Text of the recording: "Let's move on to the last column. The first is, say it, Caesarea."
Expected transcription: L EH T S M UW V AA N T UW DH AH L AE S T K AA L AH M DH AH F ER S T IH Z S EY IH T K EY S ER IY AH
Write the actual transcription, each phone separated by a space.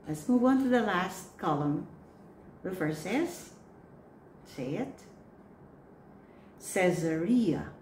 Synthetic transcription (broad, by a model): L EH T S M UW V AA N T UW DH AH L AE S T K AA L AH M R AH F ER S IH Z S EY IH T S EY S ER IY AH